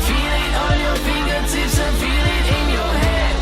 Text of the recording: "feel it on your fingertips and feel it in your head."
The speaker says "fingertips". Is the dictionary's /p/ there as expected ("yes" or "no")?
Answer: no